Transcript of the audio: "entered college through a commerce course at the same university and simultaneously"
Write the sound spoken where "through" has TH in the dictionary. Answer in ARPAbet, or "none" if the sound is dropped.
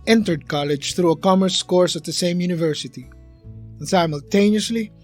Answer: TH